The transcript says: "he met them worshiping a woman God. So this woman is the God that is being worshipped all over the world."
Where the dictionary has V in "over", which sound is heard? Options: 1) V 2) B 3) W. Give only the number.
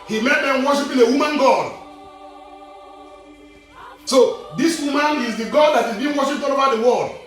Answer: 2